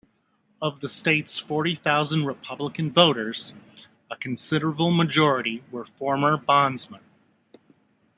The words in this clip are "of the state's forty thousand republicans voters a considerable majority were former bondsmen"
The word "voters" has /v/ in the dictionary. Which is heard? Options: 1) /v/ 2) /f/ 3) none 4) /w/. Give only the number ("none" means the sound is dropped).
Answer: 1